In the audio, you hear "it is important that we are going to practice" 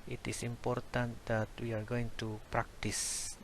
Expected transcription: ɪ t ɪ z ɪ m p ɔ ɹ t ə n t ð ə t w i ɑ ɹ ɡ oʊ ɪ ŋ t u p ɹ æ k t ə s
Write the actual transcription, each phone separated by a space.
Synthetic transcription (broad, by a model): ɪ t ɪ s ɪ m p ɔ ɹ t ə n t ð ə t w i ɑ ɹ ɡ oʊ ɪ ŋ t u p ɹ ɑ k t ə s